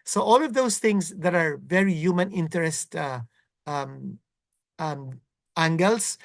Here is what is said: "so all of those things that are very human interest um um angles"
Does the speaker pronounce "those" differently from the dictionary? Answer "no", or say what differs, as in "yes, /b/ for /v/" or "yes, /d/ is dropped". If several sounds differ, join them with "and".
yes, /s/ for /z/